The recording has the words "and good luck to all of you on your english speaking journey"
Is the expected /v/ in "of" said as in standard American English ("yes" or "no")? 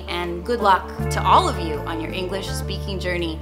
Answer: yes